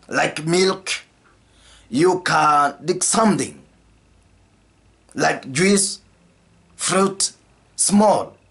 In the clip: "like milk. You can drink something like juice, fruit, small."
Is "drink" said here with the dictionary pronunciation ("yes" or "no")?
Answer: no